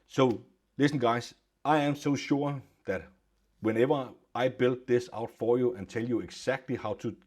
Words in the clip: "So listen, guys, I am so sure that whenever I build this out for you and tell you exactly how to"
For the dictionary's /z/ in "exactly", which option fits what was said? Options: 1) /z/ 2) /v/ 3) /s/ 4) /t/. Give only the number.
3